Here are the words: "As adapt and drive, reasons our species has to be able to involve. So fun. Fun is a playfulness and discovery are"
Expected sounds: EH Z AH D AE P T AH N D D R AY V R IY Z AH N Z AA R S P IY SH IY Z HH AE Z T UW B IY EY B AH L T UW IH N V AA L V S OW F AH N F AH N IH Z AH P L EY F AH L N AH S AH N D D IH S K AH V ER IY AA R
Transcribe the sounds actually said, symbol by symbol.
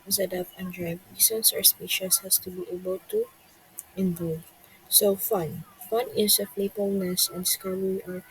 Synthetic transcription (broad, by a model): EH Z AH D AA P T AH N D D R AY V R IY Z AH N S AA R S P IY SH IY S HH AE S T UW B IY EY B AH L T UW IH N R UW V S OW F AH N F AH N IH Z AH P L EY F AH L N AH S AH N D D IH S K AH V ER IY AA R